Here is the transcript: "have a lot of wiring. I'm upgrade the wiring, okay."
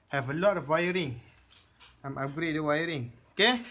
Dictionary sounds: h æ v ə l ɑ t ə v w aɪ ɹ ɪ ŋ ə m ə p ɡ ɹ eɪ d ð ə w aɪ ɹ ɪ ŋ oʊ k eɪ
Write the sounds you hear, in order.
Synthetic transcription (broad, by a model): h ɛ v ə l ɑ t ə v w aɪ ɹ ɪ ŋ ə m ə ɡ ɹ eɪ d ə w aɪ ɹ ɪ ŋ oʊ k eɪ